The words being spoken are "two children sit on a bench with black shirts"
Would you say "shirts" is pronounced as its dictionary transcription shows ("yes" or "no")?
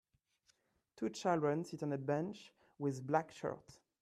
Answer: no